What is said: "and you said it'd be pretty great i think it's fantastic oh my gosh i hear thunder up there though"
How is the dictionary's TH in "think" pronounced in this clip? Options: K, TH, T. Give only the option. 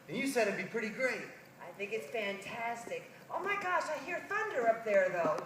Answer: TH